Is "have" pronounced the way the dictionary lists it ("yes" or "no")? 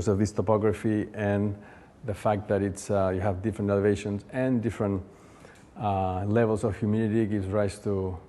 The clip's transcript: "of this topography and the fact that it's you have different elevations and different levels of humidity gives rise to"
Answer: yes